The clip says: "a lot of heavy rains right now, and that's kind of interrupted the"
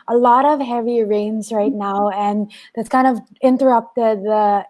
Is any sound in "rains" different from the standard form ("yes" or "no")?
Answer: no